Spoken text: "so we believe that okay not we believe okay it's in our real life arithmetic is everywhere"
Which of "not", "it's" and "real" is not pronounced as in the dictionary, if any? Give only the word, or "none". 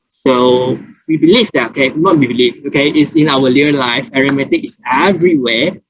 real